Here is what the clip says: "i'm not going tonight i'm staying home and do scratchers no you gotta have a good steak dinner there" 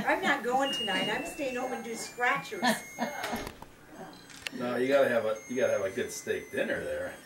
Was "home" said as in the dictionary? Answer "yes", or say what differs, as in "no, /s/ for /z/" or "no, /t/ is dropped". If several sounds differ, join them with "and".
no, /m/ is dropped